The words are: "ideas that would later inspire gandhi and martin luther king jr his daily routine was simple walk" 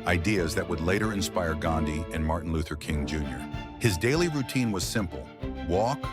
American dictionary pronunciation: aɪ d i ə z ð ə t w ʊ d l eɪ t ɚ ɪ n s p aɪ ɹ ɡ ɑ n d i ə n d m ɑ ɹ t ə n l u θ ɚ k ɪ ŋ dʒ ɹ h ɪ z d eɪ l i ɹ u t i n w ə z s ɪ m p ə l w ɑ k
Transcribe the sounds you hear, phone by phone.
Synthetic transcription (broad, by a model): aɪ d i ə z ð ə t w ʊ d l eɪ t ɚ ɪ n s p aɪ ɹ ɡ ɑ n d i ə n m ɑ ɹ t n l u θ ɚ k ɪ ŋ dʒ ɹ h ɪ z d eɪ l i ɹ u t i n w ə z s ɪ m p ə l w ɑ k